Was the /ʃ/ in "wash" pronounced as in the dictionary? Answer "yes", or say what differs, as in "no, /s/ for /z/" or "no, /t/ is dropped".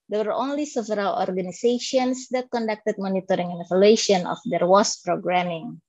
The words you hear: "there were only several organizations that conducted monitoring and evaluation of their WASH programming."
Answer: no, /s/ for /ʃ/